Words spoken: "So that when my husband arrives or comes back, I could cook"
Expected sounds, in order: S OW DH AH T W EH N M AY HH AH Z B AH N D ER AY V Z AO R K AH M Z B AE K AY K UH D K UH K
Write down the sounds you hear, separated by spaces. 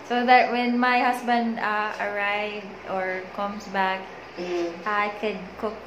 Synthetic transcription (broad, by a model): S OW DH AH T W EH N M AY HH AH S B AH N D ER AY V AO R K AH M S B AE K AY K UH D K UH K